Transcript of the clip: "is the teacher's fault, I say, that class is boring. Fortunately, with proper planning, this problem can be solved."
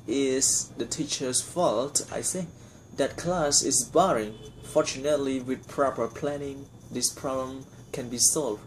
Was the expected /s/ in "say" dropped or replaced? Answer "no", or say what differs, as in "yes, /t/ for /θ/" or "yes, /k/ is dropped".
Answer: yes, /θ/ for /s/